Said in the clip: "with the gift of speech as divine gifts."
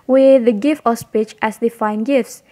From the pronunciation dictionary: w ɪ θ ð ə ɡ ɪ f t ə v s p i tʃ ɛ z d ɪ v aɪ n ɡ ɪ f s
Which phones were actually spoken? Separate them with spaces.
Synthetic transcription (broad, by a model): w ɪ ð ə ɡ ɪ f t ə s p i tʃ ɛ s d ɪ f aɪ n ɡ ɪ f s